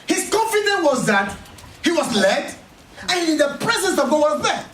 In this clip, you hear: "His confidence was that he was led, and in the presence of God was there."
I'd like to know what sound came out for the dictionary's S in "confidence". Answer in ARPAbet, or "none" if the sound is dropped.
none